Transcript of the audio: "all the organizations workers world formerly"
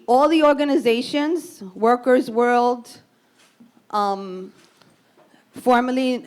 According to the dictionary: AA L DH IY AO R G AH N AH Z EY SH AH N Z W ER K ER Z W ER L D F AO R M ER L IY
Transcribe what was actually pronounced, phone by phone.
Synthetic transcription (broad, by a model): AA L DH IY AO R G AH N AH Z EY SH AH N Z W ER K ER Z W ER L D F AO R M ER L IY